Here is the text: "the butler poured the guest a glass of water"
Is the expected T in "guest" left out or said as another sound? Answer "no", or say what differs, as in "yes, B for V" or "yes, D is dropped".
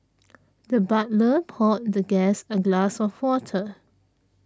yes, T is dropped